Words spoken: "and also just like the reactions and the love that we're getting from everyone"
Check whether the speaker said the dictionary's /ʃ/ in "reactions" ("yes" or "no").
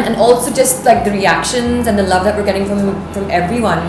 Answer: yes